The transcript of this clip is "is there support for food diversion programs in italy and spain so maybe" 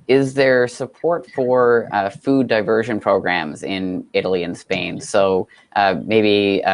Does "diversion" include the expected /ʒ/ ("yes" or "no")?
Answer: yes